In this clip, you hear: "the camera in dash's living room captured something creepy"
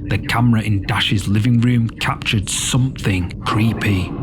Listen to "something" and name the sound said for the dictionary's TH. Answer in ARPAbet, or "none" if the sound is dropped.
TH